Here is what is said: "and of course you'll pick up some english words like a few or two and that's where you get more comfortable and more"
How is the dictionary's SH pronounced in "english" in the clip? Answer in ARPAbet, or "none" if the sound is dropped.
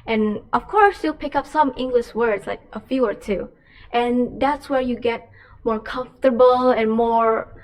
SH